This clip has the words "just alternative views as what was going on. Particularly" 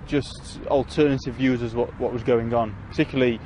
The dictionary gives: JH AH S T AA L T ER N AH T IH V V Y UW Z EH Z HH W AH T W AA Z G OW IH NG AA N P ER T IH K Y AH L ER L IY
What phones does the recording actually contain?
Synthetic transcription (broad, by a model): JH AH S T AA L T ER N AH T IH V V Y UW Z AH Z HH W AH T W AA Z G OW IH NG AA N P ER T IH K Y L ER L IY